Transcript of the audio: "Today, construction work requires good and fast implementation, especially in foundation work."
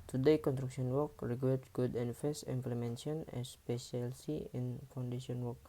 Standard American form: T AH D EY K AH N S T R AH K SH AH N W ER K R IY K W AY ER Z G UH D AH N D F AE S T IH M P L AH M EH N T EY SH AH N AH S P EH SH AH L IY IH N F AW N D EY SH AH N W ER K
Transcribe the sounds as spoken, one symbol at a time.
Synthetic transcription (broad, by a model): T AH D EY K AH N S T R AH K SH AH N W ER K R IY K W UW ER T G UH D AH N F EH S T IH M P L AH M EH N S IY AH N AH S P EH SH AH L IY IH N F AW N D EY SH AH N W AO K